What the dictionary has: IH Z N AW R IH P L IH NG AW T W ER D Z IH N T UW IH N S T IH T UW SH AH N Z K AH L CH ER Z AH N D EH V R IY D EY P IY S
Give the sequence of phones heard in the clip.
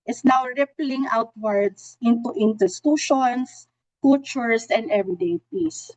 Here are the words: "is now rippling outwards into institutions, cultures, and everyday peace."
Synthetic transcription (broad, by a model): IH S N AW R IH P L IH NG AW T W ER D S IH N T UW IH N T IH T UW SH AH N S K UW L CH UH S AH N D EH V R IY D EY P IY S